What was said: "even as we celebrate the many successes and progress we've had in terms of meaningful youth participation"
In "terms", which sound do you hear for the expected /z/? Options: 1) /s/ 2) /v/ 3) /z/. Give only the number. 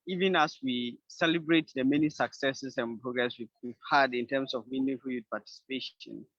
1